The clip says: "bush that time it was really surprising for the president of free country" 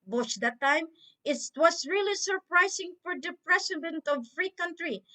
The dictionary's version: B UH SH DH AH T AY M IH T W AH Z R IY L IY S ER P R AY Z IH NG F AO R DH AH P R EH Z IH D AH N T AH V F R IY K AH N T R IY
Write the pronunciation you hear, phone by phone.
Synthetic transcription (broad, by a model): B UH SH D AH T AY M IH T W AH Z R IY L IY S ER P R AY S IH NG F AO R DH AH P R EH S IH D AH N T AH V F R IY K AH N T R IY